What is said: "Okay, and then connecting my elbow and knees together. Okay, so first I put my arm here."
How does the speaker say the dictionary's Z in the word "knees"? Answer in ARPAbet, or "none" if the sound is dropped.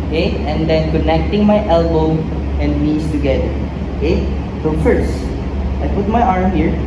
S